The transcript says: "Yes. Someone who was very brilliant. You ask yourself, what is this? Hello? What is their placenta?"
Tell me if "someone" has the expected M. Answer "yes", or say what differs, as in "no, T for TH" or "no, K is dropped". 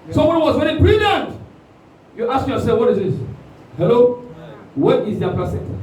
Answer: no, M is dropped